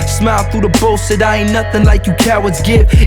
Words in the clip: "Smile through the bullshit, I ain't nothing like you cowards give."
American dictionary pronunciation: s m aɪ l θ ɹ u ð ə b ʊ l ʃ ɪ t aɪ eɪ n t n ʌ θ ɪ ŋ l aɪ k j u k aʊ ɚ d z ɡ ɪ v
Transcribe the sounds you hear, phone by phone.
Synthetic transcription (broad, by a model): s m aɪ l θ ɹ u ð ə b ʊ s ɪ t aɪ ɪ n n ʌ θ ɪ ŋ l aɪ k j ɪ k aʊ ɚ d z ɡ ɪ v